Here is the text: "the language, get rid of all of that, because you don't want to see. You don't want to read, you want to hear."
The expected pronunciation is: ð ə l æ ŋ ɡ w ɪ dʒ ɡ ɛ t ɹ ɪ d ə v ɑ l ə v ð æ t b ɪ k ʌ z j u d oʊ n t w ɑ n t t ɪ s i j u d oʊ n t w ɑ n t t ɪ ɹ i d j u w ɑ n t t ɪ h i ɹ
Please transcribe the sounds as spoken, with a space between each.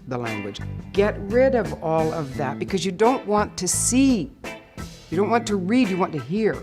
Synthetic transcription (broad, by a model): ð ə l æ ŋ ɡ w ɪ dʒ ɡ ɛ t ɹ ɪ d ə v ɑ l ə v ð æ t b ɪ k ʌ z j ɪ d oʊ n t w ɑ n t t ɪ s i j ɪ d oʊ n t w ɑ n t t ɪ ɹ i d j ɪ w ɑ n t t ɪ h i ɹ